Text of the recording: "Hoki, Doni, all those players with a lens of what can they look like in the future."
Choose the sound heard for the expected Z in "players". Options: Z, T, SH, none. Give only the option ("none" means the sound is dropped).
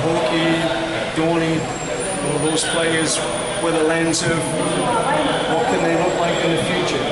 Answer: Z